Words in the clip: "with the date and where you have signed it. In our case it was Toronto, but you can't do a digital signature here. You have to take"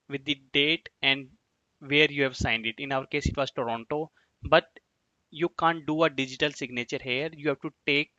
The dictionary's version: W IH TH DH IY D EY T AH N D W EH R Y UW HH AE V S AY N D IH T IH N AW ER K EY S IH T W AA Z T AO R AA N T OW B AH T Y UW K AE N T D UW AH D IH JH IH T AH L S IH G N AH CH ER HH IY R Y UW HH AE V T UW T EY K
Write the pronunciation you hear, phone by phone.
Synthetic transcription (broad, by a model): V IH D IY D EY T AH N D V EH R Y UW HH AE V S AY N D IH T IH N AW ER K EY S IH T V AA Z T AO R AA N T OW B AH T Y UW K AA N T D UW AH D IH JH IH T AH L S IH G N AH CH ER HH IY R Y UW HH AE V T UW T EY K